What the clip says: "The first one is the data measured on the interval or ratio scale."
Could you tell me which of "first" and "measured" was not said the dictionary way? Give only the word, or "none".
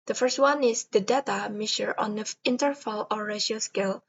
measured